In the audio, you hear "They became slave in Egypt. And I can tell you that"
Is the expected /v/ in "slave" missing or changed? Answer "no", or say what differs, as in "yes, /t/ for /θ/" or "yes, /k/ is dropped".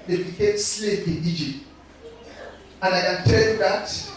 yes, /p/ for /v/